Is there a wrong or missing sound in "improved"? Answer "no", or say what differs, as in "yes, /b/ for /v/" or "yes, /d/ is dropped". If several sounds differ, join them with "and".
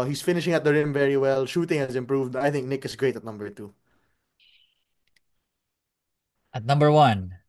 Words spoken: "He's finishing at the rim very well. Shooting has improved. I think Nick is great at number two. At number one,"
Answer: no